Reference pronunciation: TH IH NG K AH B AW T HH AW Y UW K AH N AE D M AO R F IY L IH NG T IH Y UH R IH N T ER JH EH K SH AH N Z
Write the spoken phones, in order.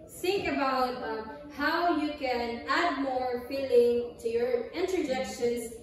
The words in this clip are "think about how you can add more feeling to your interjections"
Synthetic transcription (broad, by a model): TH IH NG K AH B AW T HH AW Y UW K AH N AE D M AO R F IY L IH NG T IH Y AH R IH N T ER JH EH K SH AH N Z